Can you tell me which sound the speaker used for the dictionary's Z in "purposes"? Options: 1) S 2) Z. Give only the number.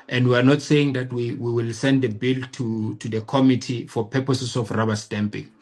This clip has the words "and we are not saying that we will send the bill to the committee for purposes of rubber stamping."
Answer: 1